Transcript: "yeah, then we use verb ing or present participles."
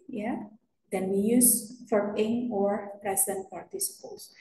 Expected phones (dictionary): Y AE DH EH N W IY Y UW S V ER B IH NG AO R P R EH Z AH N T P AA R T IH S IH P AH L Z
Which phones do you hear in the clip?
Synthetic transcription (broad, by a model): Y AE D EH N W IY Y UW S F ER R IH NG AO R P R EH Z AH N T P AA R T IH S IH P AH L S